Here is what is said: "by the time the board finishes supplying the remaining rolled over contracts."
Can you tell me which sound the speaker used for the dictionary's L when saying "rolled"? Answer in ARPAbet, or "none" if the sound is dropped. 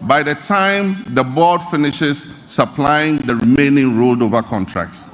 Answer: L